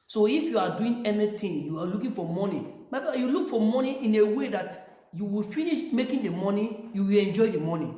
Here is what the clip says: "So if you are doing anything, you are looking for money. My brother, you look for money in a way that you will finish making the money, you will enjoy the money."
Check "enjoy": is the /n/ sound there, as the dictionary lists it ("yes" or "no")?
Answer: yes